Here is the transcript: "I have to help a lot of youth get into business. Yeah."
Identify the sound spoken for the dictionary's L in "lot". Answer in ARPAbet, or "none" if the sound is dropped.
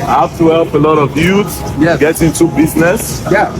L